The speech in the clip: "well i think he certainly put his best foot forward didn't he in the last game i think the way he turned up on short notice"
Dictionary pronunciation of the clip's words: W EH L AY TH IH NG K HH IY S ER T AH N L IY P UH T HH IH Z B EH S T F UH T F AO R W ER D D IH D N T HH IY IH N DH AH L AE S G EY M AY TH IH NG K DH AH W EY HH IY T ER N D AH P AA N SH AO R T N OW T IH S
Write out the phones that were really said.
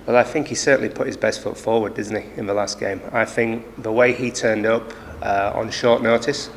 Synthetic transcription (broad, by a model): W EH L AY TH IH NG K HH IY S ER T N L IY P UH T HH IH Z B EH S T F UH T F AO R W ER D D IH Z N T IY IH N DH AH L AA S G EY M AY TH IH NG K DH AH W EY IY T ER N D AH P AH N SH AO R T N OW T IH S